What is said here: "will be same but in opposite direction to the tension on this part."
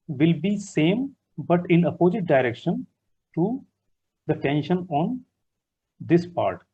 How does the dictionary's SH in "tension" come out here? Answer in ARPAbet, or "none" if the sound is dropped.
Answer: SH